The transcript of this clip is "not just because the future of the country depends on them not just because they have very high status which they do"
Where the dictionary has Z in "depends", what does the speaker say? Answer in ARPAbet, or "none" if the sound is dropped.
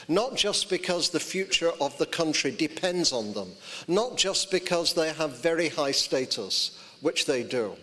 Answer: Z